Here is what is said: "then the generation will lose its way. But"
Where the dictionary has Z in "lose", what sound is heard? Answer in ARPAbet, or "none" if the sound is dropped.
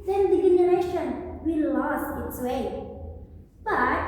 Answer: S